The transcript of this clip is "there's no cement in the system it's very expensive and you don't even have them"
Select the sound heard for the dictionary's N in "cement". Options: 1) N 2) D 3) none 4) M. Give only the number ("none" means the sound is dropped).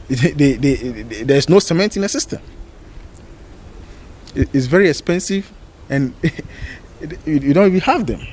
1